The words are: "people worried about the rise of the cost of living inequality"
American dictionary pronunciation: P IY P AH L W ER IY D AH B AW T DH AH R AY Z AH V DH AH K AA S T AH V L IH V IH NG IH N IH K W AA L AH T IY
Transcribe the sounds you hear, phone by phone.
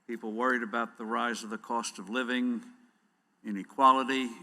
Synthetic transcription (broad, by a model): P IY P L W ER IY D AH B AW T DH AH R AY Z AH V DH AH K AA S T AH V L IH V IH NG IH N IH K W AA L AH T IY